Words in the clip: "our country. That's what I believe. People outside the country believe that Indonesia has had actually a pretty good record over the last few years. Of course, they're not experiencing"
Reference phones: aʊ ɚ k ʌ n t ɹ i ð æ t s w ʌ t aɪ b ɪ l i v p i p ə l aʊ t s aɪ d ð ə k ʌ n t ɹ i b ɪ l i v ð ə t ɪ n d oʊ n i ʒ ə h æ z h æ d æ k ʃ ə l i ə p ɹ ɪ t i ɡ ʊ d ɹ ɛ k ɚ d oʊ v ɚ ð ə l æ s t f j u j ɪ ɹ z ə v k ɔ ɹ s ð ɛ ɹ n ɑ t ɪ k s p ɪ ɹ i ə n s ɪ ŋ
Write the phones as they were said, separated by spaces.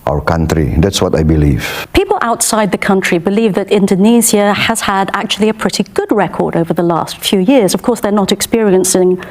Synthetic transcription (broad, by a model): aʊ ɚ k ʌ n t ɹ i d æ t s w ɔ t aɪ b ɪ l i v p i p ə l aʊ t s aɪ d ð ə k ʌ n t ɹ i b ɪ l i v ð ə t ɪ n d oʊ n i z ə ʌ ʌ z h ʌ d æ k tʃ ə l i ə p ɹ ɪ t i ɡ ʊ d ɹ ɛ k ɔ d oʊ v ɚ ð ə l æ s t f j u j ɪ ɹ z ə v k ɔ ɹ s ð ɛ ɹ n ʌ t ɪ k s p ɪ ɹ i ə n s ɪ ŋ